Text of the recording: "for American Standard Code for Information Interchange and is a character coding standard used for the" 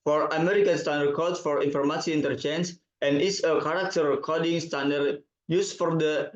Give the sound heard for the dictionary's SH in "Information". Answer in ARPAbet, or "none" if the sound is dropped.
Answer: S